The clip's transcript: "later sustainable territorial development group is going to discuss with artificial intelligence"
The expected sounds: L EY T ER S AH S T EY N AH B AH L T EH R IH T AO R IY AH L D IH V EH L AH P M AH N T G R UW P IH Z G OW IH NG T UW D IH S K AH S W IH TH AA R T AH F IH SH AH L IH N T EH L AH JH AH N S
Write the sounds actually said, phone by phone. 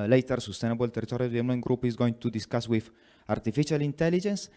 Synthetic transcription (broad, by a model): L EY T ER S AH S T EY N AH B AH L T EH R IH T AO R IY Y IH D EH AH M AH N G R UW P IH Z G OW IH NG T UW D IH S K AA S W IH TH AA R T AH F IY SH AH L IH N T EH L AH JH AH N S